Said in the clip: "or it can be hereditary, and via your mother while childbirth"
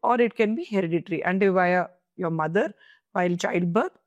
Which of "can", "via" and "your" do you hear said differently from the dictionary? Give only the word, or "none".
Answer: none